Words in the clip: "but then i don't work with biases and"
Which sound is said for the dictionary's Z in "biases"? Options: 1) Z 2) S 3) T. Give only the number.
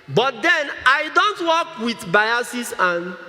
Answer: 2